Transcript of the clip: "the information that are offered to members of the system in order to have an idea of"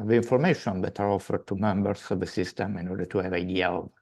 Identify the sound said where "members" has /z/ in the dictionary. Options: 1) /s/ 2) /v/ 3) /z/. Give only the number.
1